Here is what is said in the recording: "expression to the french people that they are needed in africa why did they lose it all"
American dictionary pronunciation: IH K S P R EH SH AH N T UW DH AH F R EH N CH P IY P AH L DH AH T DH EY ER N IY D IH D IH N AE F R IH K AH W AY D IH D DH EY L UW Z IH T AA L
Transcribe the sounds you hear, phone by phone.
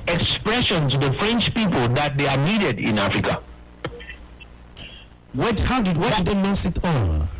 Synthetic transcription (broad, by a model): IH K S P R EH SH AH N T UW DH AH F R EH N CH P IY P AH L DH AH T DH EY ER N IY D IH D IH N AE F R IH K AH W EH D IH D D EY N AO S IH T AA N